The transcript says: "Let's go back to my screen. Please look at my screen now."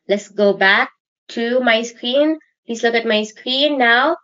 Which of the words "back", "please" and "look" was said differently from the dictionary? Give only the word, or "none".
please